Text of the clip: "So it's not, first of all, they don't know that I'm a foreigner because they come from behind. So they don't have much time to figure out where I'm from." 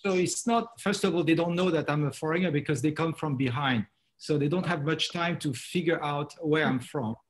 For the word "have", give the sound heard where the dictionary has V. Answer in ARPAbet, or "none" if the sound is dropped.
V